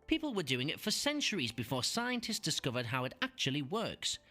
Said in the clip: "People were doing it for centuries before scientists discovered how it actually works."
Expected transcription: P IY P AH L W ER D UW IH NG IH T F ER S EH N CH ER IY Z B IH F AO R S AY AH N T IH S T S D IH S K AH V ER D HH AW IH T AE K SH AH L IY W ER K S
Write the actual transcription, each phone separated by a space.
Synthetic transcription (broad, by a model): P IY P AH L W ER D UW IH NG IH T F ER S EH N CH ER IY Z B IH F AO R S AY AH N T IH S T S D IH S K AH V ER D HH AW IH T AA K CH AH L IY W ER K S